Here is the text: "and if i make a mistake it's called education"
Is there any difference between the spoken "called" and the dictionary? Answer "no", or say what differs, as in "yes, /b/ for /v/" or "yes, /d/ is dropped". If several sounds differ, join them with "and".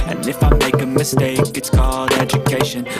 yes, /l/ is dropped